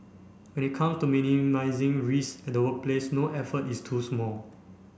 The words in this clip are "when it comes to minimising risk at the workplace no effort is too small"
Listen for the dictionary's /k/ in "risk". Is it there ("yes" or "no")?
no